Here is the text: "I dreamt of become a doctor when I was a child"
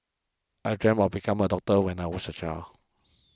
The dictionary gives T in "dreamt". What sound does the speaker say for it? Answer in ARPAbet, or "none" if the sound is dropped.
none